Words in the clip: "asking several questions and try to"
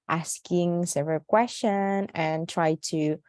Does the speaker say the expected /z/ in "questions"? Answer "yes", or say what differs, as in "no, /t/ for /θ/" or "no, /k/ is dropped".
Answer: no, /z/ is dropped